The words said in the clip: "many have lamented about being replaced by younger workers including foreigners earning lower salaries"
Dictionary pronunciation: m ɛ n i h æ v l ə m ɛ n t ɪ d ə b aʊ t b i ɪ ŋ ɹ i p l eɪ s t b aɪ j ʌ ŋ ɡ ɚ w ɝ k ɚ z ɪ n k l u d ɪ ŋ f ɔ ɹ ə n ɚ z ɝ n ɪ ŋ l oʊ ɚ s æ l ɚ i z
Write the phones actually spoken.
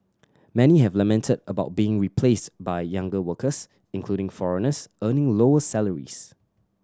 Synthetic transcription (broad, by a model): m ɛ n i h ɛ v l ə m ɛ n t ɪ d ə b aʊ t b i ɪ ŋ ɹ i p l eɪ s t b aɪ j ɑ ŋ ɡ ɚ w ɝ k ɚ s ɪ n k l u d ɪ ŋ f ɔ ɹ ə n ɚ s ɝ n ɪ ŋ l oʊ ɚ s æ l ɚ i s